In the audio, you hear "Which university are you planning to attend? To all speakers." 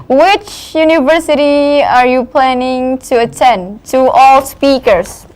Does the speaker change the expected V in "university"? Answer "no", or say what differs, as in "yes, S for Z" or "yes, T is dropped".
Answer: no